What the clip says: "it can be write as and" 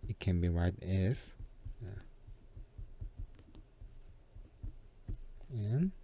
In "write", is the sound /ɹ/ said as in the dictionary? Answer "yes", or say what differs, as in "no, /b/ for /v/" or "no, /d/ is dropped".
yes